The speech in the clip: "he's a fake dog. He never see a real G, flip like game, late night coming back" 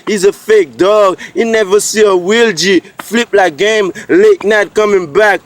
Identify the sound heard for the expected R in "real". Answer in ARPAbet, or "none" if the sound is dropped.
W